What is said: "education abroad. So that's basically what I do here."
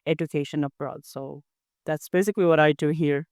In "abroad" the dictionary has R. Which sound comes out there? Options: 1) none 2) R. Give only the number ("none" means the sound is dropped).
2